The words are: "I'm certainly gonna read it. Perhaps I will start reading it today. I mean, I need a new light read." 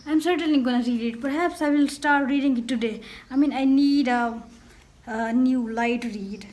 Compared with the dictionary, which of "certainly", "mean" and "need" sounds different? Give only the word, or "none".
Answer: none